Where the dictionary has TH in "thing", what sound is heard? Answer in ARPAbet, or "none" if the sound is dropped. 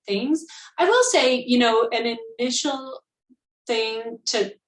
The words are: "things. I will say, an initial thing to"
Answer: TH